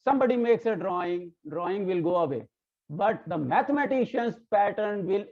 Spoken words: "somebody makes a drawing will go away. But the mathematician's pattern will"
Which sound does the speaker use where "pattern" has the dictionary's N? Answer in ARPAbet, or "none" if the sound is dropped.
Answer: N